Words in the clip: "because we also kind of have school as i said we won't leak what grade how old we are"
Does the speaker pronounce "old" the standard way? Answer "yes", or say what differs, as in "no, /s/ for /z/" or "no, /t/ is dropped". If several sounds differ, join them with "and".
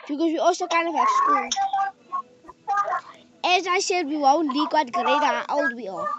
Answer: no, /w/ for /l/